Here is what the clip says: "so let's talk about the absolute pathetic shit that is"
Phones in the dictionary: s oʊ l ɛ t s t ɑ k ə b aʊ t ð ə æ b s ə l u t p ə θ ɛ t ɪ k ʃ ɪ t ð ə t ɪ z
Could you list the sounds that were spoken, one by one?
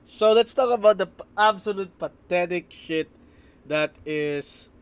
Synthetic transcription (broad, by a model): s oʊ l ɛ t s t ɑ k ə b aʊ t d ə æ b s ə l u t p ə t ɛ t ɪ k ʃ ɪ t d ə t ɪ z